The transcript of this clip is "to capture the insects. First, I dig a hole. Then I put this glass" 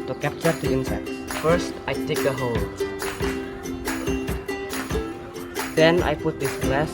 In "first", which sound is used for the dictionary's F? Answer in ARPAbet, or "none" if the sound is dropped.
F